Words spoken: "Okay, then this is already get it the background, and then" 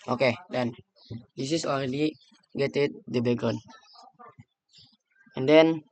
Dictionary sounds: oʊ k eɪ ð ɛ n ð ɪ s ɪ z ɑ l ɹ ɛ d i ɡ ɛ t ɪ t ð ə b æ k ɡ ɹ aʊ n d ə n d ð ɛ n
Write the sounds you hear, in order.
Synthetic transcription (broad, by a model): oʊ k eɪ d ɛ n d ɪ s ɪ s ɑ l ɹ ɛ d i ɡ ɛ t ɪ t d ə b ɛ ɡ ɔ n ə n d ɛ n